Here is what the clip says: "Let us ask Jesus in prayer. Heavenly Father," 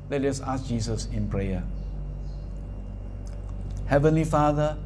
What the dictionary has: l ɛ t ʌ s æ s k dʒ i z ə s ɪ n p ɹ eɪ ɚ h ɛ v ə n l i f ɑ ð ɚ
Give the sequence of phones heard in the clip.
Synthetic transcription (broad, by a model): l ɛ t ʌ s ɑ s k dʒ i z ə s ɪ n p ɹ eɪ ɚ h ɛ v ə n l i f ɑ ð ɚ